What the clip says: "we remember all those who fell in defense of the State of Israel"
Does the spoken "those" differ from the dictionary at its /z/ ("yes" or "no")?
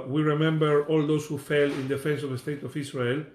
yes